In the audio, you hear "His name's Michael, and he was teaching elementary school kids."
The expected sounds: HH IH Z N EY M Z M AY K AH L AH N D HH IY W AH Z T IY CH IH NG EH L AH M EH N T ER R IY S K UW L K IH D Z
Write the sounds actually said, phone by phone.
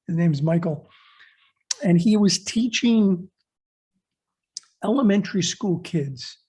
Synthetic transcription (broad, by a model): HH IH Z N EY M Z M AY K L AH N IY W AH Z T IY CH IH NG EH L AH M EH N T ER R IY S K UW L K IH D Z